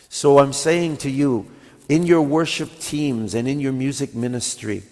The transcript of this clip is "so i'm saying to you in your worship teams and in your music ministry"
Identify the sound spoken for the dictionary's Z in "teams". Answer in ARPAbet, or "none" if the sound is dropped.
Z